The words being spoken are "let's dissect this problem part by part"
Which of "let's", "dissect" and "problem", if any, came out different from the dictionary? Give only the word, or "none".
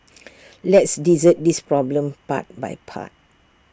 dissect